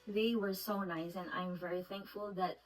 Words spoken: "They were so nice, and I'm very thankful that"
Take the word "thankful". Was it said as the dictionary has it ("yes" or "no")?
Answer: yes